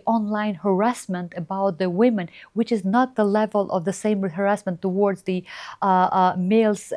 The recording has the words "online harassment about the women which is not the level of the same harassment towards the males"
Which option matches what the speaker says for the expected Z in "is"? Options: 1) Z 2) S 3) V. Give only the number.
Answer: 1